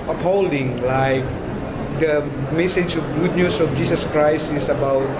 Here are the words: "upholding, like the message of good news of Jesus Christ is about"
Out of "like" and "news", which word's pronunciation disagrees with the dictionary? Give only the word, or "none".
news